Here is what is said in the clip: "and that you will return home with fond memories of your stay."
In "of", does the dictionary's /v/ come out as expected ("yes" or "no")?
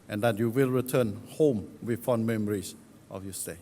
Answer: no